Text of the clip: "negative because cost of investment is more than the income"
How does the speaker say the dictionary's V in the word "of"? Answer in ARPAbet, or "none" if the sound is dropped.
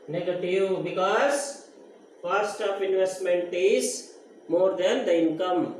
P